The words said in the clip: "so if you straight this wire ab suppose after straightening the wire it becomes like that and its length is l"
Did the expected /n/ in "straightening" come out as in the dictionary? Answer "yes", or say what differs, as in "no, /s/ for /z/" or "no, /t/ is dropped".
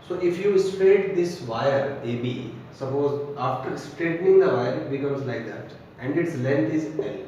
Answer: yes